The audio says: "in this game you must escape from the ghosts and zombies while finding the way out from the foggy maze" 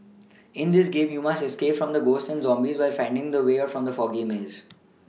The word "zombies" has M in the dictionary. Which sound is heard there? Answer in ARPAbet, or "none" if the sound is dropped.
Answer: M